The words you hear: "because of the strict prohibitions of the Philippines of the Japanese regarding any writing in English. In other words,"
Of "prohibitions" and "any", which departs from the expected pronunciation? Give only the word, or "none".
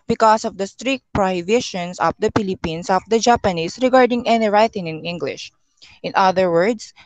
prohibitions